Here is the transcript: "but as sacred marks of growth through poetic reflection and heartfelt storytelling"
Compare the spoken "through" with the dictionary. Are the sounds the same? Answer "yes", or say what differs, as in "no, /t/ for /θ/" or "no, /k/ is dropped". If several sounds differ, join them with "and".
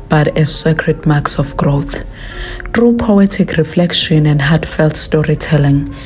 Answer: no, /t/ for /θ/